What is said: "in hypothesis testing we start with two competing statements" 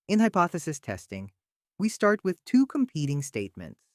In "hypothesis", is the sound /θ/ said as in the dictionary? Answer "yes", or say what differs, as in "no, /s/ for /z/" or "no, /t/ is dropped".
yes